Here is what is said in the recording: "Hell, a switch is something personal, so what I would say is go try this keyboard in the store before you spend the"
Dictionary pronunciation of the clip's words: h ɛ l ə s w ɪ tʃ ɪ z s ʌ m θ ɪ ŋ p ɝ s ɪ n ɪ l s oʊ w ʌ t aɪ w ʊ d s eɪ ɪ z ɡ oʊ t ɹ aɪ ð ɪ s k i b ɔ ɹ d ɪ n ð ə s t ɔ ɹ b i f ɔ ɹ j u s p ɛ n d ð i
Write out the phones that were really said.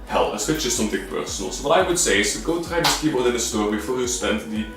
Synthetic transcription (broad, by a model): h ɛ l ə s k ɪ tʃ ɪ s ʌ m t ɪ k p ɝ s n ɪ l s oʊ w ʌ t aɪ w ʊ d s eɪ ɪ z ɡ oʊ t ɹ aɪ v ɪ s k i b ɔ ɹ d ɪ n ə s t ɔ ɹ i f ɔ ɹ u s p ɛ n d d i